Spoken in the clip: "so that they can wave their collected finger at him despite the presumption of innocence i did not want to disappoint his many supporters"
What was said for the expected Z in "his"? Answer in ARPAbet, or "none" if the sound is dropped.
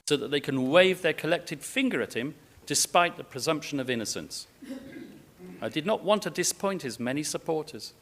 Z